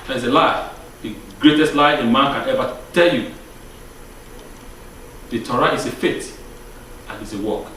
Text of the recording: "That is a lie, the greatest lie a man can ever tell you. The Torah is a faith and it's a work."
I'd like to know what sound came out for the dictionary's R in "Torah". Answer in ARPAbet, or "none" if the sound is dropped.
R